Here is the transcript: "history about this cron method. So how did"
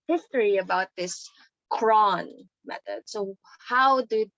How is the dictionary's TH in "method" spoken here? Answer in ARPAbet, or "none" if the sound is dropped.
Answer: T